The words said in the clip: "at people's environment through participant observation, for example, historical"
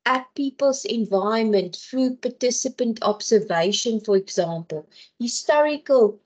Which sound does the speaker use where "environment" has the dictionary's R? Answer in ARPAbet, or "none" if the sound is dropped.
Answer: none